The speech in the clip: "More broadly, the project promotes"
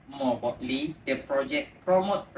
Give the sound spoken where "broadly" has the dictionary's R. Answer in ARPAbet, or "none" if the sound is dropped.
none